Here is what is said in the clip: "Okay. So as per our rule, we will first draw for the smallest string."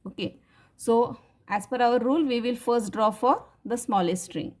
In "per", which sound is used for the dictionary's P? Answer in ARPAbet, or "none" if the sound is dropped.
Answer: F